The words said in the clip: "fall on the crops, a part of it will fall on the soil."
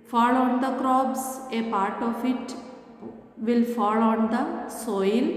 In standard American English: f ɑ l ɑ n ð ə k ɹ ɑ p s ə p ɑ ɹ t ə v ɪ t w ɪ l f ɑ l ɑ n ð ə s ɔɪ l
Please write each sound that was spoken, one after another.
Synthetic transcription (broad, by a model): f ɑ l ɑ n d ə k ɹ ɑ b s ə p ɑ ɹ t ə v ɪ t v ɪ l f ɑ l ɑ n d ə s ɔɪ l